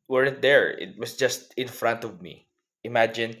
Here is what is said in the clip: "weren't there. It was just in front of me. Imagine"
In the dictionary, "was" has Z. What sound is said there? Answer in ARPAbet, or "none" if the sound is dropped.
S